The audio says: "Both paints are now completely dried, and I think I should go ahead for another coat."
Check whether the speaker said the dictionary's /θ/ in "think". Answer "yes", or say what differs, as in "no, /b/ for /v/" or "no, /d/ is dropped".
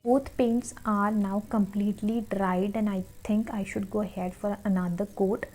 no, /t/ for /θ/